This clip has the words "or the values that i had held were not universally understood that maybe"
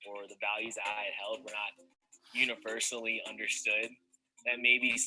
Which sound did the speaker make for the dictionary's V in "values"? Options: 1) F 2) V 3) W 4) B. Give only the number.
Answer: 2